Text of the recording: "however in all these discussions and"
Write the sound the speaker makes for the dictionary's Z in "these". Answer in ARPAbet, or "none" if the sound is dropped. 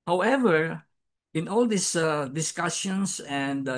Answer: S